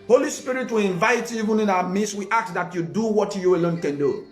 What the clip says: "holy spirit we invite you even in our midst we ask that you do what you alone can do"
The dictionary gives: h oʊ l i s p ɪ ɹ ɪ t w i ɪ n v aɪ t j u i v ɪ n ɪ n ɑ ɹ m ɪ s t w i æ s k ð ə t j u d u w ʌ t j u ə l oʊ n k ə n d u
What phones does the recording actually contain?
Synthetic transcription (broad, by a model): h oʊ l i s p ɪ ɹ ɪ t w i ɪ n v aɪ t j i v ɪ n ɪ n ɑ w m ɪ s w i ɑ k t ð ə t j u d u w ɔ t j u ə l oʊ n k ə n d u